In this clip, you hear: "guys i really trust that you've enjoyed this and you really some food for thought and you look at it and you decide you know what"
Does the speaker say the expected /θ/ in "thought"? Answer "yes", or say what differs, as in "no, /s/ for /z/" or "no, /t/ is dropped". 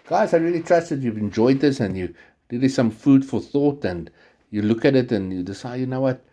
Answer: yes